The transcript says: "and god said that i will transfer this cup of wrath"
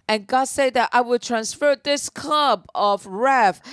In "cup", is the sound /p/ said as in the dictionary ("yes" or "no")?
no